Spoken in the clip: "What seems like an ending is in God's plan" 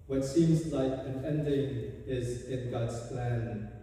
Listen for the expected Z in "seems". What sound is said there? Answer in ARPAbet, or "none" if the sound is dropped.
Z